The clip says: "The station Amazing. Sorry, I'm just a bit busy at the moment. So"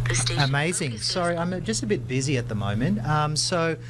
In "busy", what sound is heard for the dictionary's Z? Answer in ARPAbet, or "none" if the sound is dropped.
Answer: Z